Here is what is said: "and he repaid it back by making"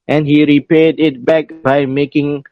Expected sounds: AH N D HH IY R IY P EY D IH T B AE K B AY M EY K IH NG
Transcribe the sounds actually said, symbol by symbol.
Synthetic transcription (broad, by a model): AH N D HH IY R IY P EY D IH T B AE K B AY M EY K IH NG